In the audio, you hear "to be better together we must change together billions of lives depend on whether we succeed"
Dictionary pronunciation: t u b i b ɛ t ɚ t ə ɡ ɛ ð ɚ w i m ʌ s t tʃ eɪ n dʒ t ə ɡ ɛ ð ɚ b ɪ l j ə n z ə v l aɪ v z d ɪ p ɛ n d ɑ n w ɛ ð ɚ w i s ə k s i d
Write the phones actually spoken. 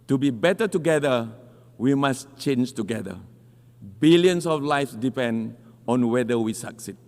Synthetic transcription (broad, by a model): t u b i b ɛ t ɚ t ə ɡ ɛ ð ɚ w i m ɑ s tʃ eɪ n dʒ t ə ɡ ɛ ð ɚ b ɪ l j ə n s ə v l aɪ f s d ɪ p ɛ n d ɑ n w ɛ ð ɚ w i s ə k s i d